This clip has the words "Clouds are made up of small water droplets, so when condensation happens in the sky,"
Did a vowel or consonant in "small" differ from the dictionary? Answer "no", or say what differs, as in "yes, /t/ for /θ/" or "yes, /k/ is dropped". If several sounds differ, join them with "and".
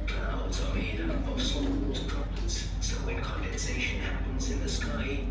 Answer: yes, /m/ is dropped